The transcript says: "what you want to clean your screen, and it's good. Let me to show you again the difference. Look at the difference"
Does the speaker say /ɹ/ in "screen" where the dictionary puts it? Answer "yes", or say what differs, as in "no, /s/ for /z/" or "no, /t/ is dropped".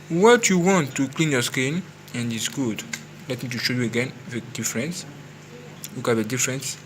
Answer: no, /ɹ/ is dropped